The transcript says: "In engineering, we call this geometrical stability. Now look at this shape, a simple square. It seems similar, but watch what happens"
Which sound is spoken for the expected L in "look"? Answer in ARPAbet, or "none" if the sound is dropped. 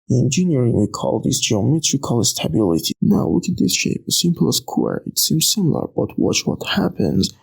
W